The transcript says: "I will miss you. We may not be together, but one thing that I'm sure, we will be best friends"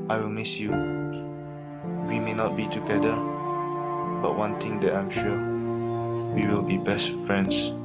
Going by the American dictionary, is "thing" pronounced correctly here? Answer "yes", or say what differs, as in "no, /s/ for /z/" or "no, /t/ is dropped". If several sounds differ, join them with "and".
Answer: no, /t/ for /θ/